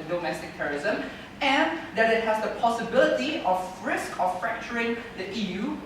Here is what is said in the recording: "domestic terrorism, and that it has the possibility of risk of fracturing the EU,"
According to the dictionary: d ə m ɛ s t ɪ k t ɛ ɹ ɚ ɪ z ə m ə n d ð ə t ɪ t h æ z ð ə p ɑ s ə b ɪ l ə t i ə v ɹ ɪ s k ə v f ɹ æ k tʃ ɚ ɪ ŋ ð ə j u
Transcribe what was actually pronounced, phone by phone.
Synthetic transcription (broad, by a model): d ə m ɛ s t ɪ k t ɛ ɹ ɚ ɪ z ə m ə n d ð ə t ɪ t h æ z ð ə p ɑ s ə b ɪ l ə t i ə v ɹ ɪ s k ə f f ɹ æ k tʃ ɚ ɪ ŋ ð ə j u